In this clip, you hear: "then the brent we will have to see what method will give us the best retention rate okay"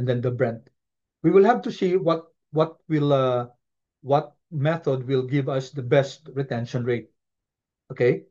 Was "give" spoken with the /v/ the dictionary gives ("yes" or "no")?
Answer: yes